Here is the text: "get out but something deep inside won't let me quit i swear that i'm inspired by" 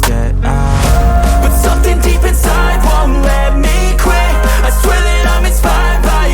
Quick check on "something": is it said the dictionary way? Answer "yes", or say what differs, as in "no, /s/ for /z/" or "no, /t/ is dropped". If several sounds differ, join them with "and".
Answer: yes